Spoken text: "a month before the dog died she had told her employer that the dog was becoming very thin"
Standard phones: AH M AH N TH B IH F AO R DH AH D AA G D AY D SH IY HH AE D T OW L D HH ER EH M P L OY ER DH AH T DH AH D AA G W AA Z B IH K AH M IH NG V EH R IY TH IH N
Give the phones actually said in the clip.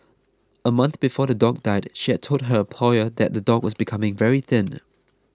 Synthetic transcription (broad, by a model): AH M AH N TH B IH F AO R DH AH D AA G D AY D SH IY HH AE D T OW L D HH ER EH M P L OY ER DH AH T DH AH D AA G W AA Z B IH K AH M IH NG V EH R IY TH IH N